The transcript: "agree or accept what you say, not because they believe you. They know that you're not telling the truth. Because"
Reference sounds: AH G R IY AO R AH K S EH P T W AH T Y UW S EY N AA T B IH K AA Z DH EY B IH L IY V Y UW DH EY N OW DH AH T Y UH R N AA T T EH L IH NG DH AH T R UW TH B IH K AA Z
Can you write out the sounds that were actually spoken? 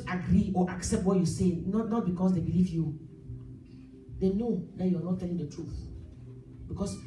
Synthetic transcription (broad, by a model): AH G R IY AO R AH K S EH P T W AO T Y UW S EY N AA T B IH K AA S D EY B IH L IY V Y UW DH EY N OW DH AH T Y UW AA N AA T T EH L IH NG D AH T R UW TH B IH K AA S